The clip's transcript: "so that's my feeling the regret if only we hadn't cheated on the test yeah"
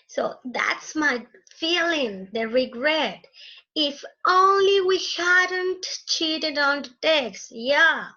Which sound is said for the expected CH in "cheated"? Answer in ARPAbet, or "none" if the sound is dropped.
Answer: CH